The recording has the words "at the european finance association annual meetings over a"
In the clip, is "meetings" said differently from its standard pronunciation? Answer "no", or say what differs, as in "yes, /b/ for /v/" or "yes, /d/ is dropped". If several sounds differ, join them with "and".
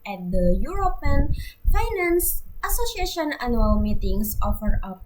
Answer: yes, /s/ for /z/